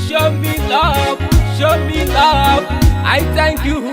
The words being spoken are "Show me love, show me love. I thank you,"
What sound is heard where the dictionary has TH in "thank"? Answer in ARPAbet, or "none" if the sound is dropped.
T